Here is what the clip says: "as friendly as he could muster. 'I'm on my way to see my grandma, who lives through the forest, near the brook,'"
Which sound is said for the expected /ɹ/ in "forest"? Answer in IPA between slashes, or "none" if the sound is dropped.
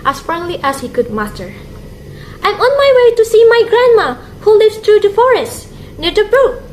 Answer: /ɹ/